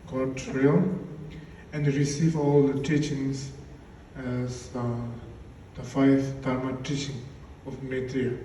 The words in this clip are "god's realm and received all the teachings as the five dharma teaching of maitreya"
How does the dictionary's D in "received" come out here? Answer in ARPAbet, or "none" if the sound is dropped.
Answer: none